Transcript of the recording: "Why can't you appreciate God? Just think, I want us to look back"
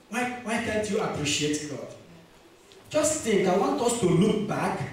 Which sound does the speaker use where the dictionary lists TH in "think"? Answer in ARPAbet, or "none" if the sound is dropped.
T